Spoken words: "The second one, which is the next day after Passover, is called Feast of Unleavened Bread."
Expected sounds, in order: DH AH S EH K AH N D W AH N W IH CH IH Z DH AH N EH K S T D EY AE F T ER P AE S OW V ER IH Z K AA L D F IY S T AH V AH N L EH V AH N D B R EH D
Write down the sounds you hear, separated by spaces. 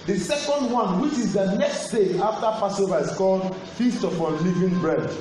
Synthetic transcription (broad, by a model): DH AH S EH K AH N D W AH N W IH CH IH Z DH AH N EH K S T D EY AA F T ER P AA S OW V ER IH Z K AA L D F IY S T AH F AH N L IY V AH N B R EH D